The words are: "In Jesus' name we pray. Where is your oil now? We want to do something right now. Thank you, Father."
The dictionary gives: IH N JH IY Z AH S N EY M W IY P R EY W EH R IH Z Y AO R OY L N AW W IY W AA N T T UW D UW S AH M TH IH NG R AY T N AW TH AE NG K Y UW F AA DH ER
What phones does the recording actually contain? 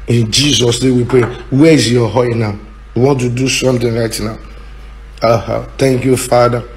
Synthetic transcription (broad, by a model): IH N JH IY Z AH S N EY W IY P R EY W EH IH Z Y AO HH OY N AW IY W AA N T T UW D UW S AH M T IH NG R AY T N AW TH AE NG K Y UW F AA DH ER